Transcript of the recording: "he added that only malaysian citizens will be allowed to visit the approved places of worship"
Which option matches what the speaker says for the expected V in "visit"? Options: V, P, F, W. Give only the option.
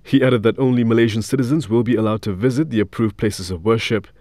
V